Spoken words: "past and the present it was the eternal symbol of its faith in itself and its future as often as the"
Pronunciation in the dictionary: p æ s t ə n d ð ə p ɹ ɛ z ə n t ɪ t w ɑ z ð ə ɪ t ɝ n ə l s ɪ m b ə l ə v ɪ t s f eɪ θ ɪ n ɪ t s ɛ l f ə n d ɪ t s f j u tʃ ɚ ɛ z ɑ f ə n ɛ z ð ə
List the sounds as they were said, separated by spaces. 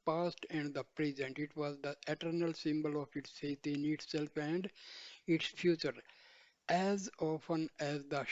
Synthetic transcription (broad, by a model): p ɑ s t ə n d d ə p ɹ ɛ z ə n t ɪ t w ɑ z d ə ɪ t ɝ n ə l s ɪ m b ə l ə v ɪ t s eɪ t ɪ n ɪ t s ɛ l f ə n d ɪ t s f j u tʃ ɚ ɛ z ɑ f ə n ɛ z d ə